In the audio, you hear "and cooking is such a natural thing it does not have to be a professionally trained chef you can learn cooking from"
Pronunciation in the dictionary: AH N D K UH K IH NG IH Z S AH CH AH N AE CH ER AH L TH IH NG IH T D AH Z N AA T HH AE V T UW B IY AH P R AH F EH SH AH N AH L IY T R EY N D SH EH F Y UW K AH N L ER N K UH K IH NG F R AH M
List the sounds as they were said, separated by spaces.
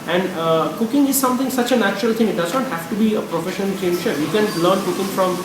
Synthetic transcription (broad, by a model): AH N D K UH K IH NG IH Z S AH CH AH N AE CH ER AH L T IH NG IH T D AH Z N AA T HH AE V T UW B IY AH P R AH F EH SH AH N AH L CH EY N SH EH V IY K AH N L ER N K UH K IH NG F R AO M